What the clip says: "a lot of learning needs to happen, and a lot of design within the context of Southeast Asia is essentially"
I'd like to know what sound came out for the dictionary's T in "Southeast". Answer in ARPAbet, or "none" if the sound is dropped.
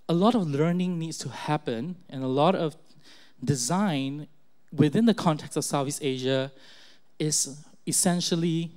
none